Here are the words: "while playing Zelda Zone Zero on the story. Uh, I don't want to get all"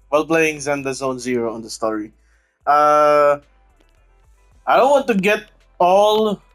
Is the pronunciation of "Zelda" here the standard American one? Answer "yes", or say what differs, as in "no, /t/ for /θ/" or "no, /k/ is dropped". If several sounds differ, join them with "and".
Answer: no, /n/ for /l/